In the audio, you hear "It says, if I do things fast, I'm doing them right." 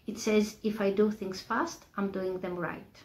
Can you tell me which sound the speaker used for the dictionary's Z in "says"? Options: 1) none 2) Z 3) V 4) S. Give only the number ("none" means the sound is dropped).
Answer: 2